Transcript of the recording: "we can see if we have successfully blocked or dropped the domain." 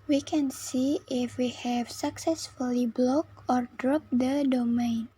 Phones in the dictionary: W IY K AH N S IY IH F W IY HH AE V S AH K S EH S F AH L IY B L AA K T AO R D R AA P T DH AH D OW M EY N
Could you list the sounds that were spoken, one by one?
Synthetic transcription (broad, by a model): W IY K AH N S IY IH F W IY HH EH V S AH K S EH S F AH L IY B L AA K AO R D R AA P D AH D OW M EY N